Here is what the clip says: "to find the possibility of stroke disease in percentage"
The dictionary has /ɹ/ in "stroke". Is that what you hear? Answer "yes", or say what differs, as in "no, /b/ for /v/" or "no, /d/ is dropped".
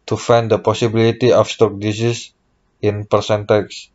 no, /ɹ/ is dropped